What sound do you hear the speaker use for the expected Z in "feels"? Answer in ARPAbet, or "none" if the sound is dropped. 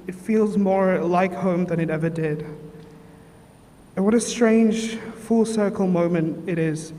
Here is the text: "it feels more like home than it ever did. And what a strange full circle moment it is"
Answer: Z